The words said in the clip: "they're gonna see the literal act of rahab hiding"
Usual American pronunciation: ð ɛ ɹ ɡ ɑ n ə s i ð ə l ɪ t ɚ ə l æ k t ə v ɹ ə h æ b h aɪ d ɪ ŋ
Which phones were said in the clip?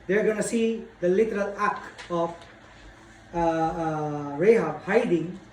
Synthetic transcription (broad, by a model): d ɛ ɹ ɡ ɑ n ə s i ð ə l ɪ t ɚ ə l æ k ə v ɹ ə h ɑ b h aɪ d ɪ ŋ